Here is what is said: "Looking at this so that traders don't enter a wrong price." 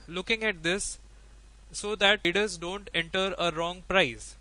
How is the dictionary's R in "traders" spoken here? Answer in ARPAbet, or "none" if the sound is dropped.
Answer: none